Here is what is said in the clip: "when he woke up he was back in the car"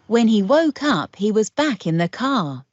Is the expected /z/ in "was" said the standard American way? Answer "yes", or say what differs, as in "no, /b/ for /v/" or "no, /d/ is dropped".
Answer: yes